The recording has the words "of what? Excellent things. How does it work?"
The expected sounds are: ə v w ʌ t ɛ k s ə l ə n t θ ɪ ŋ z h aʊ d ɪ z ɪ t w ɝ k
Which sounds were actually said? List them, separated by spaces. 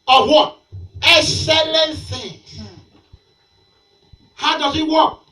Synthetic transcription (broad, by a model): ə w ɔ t ɛ k s ə l ə n t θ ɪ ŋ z h aʊ d ɪ z ɪ t w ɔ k